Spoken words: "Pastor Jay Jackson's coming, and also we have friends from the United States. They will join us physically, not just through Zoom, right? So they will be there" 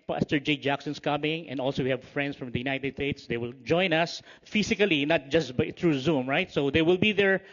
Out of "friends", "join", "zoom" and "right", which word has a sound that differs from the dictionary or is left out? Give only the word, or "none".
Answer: friends